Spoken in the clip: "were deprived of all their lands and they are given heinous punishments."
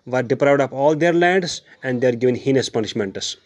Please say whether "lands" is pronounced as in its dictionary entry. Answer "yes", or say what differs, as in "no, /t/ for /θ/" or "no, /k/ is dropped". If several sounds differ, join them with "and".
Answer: no, /n/ is dropped